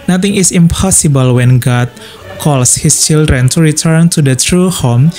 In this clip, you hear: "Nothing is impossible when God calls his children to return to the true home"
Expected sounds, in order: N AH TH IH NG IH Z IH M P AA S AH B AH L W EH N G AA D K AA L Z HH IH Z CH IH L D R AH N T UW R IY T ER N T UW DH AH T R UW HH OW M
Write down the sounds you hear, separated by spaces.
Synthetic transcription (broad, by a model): N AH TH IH NG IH S IH M P AA S AH B AH L W EH N G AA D K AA L S HH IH S CH IH L D R AH N T UW R IY T ER N T UW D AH T R UW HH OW M